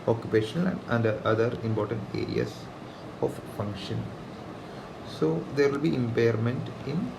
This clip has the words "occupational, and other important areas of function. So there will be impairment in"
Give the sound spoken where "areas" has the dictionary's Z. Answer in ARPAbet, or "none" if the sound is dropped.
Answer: S